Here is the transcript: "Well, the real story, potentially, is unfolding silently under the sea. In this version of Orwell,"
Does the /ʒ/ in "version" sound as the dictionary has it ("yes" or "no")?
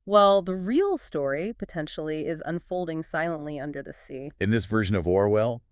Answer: yes